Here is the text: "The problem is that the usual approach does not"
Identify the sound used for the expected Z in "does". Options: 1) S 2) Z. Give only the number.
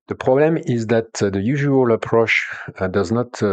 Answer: 2